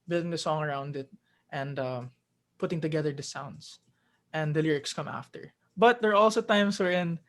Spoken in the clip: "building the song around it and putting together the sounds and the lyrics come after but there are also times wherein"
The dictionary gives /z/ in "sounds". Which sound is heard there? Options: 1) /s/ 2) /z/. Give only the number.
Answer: 1